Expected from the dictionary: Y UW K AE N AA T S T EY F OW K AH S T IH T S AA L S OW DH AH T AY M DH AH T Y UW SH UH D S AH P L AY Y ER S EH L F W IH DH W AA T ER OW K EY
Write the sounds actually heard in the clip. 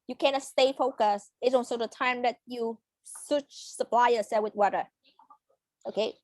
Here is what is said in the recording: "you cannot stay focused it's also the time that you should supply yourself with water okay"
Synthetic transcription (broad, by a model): Y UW K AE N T S T EY F OW K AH S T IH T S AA N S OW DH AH T AY M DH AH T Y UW S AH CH S AH P L AY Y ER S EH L W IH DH W AA T ER OW K EY